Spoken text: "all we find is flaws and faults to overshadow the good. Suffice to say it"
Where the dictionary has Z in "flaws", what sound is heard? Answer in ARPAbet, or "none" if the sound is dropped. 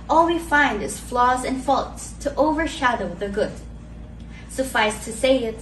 Z